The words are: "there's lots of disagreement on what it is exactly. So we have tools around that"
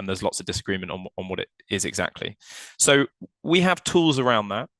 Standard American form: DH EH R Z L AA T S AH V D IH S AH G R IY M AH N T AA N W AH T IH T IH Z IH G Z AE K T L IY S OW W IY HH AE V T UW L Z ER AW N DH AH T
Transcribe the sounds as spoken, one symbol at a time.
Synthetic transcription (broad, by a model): DH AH Z L AA T S AH V D IH S AH G R IY M AH N T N N W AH T IH T IH Z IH G Z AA K T L IY S OW W IY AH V T UW L Z ER AW N DH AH T